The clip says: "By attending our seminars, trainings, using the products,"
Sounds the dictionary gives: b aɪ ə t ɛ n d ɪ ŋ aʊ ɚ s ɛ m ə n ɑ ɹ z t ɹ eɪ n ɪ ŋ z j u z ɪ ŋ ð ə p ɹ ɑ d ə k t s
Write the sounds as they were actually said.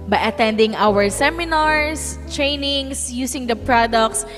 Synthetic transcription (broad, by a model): b aɪ ə t ɛ n d ɪ ŋ aʊ ɚ s ɛ m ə n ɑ ɹ s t ɹ eɪ n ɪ ŋ s j u s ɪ ŋ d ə p ɹ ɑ d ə k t s